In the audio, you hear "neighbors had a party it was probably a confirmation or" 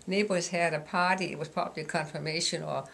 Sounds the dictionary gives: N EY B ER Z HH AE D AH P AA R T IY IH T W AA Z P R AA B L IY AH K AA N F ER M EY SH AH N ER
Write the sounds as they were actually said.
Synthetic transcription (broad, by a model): N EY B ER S HH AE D AH P AA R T IY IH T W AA S P AA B L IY K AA N F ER M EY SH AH N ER